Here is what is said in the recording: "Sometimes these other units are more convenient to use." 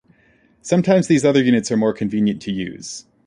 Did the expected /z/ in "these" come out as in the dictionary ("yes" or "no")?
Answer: yes